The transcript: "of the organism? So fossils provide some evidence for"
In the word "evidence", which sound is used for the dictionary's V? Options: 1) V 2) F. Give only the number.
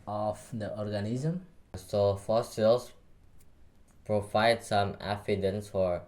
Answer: 2